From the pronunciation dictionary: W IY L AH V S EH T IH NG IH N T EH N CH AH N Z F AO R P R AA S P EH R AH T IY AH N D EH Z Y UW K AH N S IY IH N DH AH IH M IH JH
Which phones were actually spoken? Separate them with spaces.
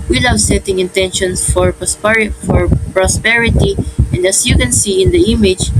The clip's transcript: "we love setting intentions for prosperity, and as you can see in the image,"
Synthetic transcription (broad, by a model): W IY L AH W S EH T IH NG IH N T EH N SH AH N S F AO R P R AA S P EH R AH T IY AH N D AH S Y UW K AH N S IY IH N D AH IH M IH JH